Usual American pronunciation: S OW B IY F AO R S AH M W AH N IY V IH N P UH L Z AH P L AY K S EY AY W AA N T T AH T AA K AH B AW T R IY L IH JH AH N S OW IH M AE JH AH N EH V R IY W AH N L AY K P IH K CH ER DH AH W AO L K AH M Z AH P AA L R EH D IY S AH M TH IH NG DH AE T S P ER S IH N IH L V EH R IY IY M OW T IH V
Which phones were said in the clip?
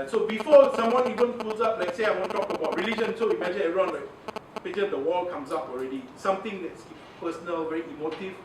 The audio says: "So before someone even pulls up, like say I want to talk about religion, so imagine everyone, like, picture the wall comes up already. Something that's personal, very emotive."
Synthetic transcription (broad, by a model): S OW B IY F AO S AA M W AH N IY V IH N F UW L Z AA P L AY K S EY AY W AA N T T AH T AA K AH B AW T R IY L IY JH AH N S OW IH M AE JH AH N EH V R IY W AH N L AY K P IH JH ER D AH W AO L K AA M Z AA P AA L R EH D IY S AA M T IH NG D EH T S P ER S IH N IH L V EH R IY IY M OW T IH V